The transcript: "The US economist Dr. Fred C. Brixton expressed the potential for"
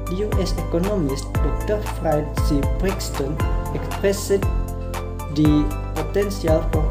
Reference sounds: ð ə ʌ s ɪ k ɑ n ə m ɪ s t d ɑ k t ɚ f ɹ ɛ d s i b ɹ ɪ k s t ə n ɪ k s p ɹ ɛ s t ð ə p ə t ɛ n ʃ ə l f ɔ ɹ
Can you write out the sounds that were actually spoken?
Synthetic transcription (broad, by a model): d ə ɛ s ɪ k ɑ n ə m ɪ s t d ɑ k t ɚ f ɹ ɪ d s i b ɹ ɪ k s t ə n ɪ k s p ɹ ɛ s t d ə p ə t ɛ n s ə l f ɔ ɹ